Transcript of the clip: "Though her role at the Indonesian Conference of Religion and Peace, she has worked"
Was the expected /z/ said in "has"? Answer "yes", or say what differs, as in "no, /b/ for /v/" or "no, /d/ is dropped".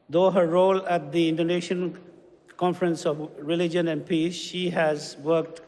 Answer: yes